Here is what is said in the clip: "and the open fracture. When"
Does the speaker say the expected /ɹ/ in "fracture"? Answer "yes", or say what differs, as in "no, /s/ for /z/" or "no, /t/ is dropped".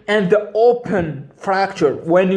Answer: yes